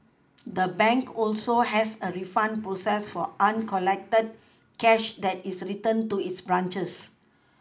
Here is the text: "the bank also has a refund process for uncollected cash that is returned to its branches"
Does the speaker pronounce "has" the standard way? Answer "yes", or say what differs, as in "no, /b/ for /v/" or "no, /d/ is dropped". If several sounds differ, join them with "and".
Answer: no, /s/ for /z/